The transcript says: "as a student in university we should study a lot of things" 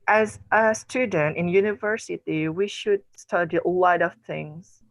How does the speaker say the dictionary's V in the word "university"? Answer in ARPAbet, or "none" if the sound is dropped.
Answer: V